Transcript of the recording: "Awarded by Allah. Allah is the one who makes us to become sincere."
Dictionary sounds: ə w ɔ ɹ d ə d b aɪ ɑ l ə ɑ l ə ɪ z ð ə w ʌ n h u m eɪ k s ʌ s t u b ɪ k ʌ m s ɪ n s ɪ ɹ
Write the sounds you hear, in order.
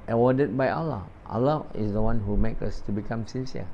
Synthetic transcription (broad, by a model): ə w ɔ d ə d b aɪ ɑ l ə ɑ l ə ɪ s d ə w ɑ n h u m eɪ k ʌ s t u b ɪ k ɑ m s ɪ n s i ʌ